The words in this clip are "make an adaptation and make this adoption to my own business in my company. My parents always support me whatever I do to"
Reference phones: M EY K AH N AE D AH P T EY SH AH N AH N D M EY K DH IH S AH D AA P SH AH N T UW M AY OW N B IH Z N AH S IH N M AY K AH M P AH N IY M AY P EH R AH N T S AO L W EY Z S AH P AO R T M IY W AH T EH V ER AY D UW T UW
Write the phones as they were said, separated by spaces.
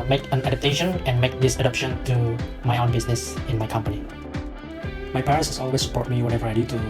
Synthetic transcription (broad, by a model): M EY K AH N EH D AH T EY SH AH N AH N M EY K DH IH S AH D AA P SH AH N T UW M AY OW N B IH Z N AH S IH N M AY K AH M P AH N IY M AY P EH R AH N S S AO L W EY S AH P AO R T M IY W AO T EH V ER AY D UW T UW